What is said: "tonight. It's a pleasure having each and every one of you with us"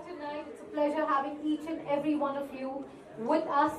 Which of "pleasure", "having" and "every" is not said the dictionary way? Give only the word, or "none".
none